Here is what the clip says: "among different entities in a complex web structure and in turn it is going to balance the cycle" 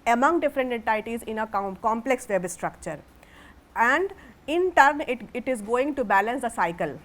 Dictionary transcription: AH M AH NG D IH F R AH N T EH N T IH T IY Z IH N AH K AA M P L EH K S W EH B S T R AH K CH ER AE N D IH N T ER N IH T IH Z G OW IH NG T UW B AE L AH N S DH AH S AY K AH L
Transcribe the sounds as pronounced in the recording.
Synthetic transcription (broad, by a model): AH M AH NG D IH F R AH N T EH N T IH T IY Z IH N AH K AA M P L EH K S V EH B S T R AH K CH ER AE N D IH N T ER N IH T IH Z G OW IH NG T UW B AE L AH N S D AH S AY K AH L